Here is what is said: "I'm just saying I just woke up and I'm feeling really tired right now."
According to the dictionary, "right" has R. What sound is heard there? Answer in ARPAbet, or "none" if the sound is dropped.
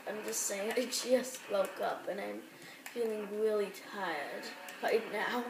L